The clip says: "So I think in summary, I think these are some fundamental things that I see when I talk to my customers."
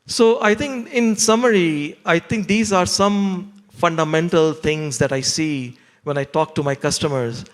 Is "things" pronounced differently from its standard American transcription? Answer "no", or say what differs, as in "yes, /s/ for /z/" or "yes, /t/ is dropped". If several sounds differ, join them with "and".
yes, /t/ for /θ/